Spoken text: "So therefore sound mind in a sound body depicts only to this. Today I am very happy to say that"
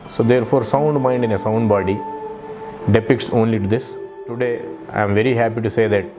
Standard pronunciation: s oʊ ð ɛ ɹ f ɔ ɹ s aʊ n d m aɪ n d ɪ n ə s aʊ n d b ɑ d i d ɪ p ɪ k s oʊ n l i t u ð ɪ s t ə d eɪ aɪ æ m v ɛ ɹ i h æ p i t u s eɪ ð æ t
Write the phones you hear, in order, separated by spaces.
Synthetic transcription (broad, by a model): s oʊ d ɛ ɹ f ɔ ɹ s aʊ n d m aɪ n d ɪ n ə s aʊ n d b ɑ d i d ɪ p ɪ k s oʊ n l i t u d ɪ s t ə d eɪ aɪ m v ɛ ɹ i h æ p i t u s eɪ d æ t